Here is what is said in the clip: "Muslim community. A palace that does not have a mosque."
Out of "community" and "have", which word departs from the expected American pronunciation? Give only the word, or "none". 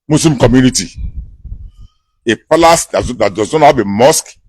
have